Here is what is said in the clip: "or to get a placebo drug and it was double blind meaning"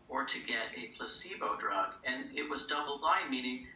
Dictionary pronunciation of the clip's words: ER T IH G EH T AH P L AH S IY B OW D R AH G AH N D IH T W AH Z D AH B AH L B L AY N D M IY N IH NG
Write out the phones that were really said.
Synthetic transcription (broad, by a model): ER T IH G EH T AH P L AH S IY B OW D R AH G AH N IH T W AH Z D AH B L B AY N M IY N IH NG